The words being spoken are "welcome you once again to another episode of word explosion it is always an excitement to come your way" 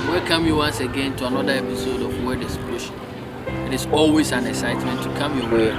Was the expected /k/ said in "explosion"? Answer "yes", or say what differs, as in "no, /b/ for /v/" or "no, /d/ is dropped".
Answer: no, /k/ is dropped